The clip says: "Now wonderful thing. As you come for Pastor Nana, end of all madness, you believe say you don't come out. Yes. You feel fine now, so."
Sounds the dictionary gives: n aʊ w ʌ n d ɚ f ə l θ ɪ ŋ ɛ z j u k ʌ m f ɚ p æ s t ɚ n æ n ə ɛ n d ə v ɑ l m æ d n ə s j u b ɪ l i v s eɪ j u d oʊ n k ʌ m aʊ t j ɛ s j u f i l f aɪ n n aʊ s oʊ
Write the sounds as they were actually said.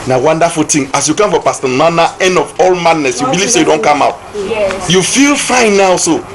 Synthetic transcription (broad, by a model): n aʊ w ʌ n d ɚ f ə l t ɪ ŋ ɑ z j u k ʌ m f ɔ p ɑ s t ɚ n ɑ n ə ɛ n d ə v ɑ l m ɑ d n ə s j u b ɪ l i v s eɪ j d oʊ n k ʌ m aʊ t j j u f i l f aɪ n n aʊ s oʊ